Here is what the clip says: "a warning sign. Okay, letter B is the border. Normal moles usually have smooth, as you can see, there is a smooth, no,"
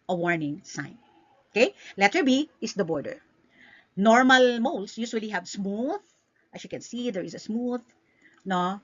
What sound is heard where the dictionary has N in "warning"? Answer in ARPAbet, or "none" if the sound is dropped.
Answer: N